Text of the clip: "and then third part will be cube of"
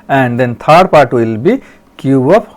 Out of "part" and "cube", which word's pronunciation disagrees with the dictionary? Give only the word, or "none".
cube